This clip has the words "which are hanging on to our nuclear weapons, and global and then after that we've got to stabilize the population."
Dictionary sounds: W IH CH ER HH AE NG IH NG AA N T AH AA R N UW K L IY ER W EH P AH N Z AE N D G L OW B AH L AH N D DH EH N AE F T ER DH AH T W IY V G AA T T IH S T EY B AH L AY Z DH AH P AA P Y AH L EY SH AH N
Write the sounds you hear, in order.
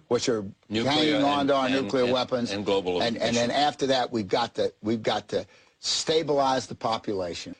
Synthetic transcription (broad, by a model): W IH CH ER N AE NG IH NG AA N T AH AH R N UW K L IY ER W EH P AH N Z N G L OW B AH N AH N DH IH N AE F T ER DH AH T W IY V G AA T T IH S T EY B AH L AY Z DH AH P AA P Y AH L EY SH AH N